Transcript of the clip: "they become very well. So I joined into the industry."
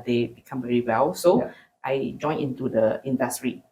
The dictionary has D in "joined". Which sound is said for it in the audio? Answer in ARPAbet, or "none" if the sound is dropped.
none